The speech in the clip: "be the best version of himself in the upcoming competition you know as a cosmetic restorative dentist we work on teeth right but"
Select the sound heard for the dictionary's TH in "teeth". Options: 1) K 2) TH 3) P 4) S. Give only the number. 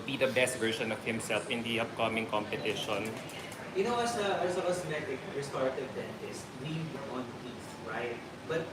4